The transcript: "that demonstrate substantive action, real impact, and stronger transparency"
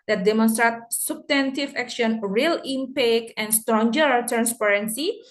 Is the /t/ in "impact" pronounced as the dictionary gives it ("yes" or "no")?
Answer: no